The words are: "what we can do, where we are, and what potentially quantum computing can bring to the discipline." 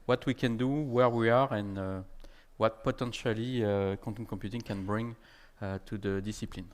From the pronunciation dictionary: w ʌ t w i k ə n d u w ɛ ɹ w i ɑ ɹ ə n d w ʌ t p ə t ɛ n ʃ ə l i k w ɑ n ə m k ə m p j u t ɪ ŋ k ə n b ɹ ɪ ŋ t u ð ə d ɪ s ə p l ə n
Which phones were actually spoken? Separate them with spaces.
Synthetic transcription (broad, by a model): w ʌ t w i k ə n d u w ɛ ɹ w i ɑ ɹ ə n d w ʌ t p ə t ɛ n ʃ ə l i k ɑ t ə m k ə m p j u t ɪ ŋ k ə n b ɹ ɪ ŋ t u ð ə d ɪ s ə p l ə n